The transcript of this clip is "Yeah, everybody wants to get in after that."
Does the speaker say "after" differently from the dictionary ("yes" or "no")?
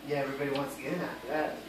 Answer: yes